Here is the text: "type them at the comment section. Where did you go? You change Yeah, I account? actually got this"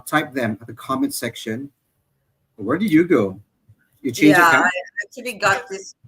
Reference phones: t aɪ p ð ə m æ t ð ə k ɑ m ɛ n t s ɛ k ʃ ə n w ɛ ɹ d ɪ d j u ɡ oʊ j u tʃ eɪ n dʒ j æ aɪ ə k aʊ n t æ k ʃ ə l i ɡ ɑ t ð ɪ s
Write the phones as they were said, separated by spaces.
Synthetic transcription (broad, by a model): t aɪ p ð ə m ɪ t ð ə k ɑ m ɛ n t s ɛ k ʃ ə n w ɛ ɹ d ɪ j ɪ ɡ oʊ j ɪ tʃ eɪ dʒ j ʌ aɪ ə ɪ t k ə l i ɡ ɑ t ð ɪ s